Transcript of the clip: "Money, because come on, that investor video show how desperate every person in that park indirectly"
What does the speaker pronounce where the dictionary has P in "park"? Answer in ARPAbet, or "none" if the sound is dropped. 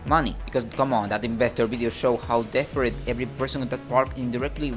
P